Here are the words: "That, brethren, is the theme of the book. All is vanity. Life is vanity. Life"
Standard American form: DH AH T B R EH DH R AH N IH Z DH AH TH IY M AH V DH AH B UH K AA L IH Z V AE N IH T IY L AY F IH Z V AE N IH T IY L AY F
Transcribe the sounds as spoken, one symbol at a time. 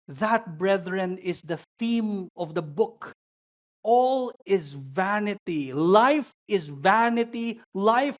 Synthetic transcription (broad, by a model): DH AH T B R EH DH R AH N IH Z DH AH TH IY M AH V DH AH B UH K AA L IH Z V AE N IH T IY L AY F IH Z V AE N IH T IY L AY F